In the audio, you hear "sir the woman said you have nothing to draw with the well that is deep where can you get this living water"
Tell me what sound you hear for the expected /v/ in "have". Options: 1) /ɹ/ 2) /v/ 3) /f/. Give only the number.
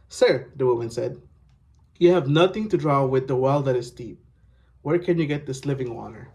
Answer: 2